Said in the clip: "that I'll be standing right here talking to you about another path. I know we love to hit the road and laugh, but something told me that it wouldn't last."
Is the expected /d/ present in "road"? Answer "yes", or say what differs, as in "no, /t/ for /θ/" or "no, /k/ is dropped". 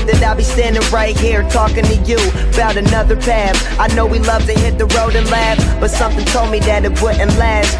yes